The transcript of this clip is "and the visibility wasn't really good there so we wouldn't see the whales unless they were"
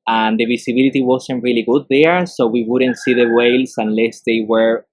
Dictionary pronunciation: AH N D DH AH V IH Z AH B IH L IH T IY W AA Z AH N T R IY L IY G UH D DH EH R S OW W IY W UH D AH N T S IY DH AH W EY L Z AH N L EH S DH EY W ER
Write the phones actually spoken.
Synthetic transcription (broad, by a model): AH N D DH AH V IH S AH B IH L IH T IY W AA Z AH N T R IY L IY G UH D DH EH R S OW W IY W UH D AH N T S IY DH AH W EY L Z AH N L EH S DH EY W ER